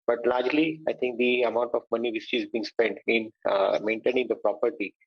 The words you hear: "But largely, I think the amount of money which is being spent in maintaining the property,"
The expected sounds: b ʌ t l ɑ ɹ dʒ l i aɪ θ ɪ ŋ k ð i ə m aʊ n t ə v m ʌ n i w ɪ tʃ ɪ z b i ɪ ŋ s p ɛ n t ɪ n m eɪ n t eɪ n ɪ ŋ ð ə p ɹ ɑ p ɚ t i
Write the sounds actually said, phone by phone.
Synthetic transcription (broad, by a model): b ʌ t l ɑ ɹ dʒ l i aɪ t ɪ ŋ k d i ə m aʊ n t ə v m ʌ n i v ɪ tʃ ɪ z b i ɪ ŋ s p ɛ n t ɪ n m eɪ n t eɪ n ɪ ŋ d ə p ɹ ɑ p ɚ t i